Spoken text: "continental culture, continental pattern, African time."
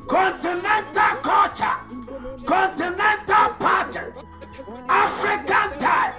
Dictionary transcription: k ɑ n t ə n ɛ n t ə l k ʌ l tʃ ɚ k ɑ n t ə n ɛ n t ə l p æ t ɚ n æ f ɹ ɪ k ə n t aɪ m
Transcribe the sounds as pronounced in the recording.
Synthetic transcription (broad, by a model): k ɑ n t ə n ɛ n t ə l k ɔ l tʃ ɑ k ɑ n t ə n ɛ n t ə l p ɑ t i ɑ f ɹ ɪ k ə n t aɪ